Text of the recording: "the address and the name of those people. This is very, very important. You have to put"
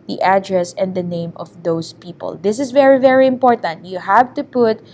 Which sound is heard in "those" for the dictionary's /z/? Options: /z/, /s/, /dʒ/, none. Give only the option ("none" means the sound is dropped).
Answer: /s/